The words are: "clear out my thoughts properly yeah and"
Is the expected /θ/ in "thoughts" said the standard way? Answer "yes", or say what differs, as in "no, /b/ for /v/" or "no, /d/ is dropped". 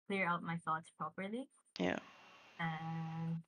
yes